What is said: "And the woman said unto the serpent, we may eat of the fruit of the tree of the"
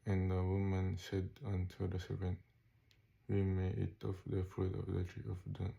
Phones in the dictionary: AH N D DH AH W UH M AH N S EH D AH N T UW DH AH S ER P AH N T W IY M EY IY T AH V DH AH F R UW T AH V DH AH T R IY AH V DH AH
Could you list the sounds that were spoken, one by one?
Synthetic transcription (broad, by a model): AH N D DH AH W UH M AH N S EH D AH N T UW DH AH S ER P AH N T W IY M EY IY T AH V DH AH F UW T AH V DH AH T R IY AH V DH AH